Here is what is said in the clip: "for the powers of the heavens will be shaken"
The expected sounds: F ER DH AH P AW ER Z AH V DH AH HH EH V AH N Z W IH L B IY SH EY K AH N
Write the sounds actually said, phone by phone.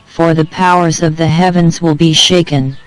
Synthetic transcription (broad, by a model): F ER DH AH P AW ER Z AH V DH AH HH EH V AH N Z W IH L B IY SH EY K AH N